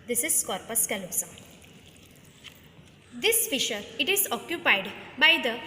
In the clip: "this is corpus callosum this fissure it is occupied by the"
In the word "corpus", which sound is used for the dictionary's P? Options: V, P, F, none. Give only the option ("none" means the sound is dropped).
P